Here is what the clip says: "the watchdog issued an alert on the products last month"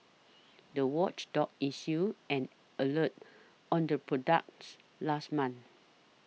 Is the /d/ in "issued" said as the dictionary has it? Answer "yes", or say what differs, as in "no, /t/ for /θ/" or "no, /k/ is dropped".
no, /d/ is dropped